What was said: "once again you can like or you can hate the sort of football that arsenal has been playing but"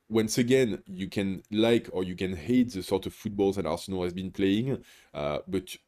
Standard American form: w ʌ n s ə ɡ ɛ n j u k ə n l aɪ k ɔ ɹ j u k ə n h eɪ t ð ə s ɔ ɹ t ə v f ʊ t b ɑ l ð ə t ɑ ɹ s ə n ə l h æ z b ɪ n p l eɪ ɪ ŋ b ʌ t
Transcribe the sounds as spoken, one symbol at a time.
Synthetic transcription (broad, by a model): w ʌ n s ə ɡ ɛ n j u k ə n l aɪ k ɔ ɹ j u k ə n h eɪ t ð ə s ɔ ɹ t ə v f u t b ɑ l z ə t ɑ ɹ s ə n ə l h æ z b ɪ n p l eɪ ɪ ŋ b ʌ t